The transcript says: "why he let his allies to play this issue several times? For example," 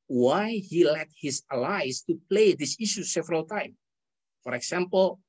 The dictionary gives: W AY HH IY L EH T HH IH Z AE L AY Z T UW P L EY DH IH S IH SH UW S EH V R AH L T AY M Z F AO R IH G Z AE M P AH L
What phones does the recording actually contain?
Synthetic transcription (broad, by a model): W AY HH IY L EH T HH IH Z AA L AY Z T UW P L EY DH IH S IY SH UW S EH V R AH L T AY M F AO R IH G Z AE M P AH L